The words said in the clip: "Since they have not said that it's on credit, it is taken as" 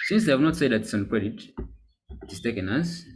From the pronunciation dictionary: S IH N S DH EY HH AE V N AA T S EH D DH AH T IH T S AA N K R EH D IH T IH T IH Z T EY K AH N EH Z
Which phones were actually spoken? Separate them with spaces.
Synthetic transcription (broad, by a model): S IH N S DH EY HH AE V N AA T S EH D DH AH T IH T S AA N K R EH D IH T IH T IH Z T EY K AH N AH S